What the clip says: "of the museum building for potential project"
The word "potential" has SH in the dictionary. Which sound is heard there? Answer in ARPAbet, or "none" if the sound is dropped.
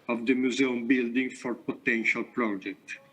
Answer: SH